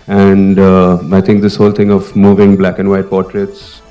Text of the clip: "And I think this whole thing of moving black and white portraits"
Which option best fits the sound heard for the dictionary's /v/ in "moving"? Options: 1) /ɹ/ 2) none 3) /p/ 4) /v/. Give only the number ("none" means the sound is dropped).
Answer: 4